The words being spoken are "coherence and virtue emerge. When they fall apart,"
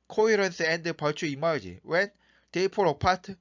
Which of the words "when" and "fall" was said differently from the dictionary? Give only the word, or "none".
fall